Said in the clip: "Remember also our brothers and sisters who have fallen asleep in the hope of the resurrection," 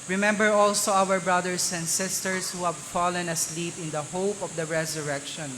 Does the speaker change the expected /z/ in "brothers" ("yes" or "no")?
yes